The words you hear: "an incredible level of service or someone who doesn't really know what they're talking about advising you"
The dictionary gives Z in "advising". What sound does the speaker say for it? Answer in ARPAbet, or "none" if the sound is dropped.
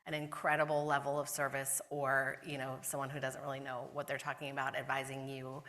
Z